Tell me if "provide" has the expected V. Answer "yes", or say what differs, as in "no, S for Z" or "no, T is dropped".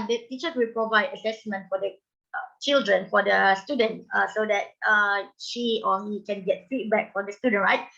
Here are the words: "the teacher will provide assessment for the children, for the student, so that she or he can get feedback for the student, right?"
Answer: yes